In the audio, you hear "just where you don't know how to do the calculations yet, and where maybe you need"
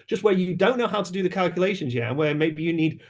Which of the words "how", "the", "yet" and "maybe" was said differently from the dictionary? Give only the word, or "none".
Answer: yet